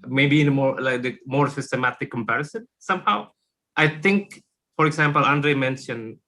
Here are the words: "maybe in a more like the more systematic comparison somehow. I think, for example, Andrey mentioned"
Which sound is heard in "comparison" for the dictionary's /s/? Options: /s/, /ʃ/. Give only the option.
/s/